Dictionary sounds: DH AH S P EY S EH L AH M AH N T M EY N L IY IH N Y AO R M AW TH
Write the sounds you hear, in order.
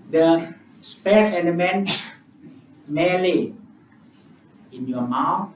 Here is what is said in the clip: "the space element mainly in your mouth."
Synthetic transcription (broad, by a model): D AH S P EY S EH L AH M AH N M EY L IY IH N Y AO M AW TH